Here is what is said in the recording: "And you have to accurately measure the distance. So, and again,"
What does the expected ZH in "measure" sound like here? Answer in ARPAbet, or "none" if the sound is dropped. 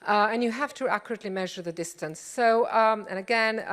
ZH